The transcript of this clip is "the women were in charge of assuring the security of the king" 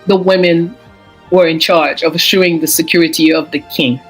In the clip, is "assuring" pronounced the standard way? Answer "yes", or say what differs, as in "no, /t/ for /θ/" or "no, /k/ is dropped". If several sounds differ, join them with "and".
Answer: no, /ɹ/ is dropped